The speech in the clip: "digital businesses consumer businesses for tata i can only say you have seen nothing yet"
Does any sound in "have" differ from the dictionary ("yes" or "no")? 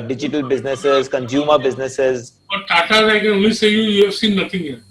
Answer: yes